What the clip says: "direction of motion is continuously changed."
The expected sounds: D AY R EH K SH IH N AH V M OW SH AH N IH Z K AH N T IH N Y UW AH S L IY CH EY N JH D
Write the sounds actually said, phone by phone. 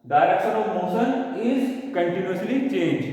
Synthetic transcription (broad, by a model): D AY R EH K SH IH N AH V M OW S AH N IH Z K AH N T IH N Y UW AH S L IY CH EY N JH